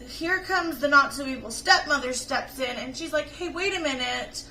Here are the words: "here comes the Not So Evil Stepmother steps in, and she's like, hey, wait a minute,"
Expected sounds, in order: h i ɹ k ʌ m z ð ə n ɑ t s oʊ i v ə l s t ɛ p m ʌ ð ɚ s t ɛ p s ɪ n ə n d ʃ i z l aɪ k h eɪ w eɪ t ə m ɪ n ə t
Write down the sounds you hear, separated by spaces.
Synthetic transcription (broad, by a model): h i ɹ k ʌ m z ð ə n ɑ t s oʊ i ə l s t ɛ p m ʌ ð ɚ s t ɛ p s ɪ n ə n ʃ i z l aɪ k h eɪ w eɪ t ə m ɪ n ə t